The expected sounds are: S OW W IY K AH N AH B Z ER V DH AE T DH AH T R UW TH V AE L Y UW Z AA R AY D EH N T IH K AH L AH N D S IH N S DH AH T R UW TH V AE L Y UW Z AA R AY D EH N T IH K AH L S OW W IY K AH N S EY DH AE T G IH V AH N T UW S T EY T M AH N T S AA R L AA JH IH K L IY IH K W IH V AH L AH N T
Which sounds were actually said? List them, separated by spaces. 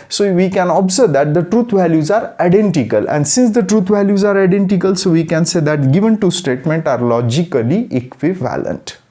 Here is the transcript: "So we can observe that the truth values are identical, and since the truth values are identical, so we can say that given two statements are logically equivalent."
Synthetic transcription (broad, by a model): S OW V IY K AH N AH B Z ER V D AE T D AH T R UW T V AE L Y UW Z AA R AY D EH N T IH K AH L AH N D S IH N S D AH T R UW T V AE L Y UW Z AA R AY D EH N T IH K AH L S OW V IY K AH N S EY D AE T G IH V AH N T UW S T EY T M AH N T AA R L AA JH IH K L IY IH K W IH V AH L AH N T